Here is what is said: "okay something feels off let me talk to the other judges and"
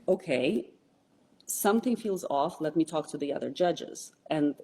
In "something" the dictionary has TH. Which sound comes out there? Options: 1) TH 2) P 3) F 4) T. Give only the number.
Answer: 1